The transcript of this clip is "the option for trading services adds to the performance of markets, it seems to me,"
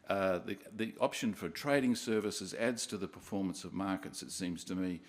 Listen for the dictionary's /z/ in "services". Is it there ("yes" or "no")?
yes